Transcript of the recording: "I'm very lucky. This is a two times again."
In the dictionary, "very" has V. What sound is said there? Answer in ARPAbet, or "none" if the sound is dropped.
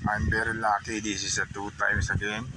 B